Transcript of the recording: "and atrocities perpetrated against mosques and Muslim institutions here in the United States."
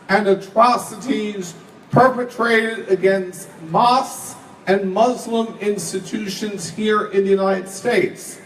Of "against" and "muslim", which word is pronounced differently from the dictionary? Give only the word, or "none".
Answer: none